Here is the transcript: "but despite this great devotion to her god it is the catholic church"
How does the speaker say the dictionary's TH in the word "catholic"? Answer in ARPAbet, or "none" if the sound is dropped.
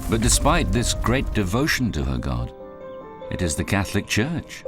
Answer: TH